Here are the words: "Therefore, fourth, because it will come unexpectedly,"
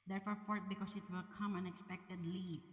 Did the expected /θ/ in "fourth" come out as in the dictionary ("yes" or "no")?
no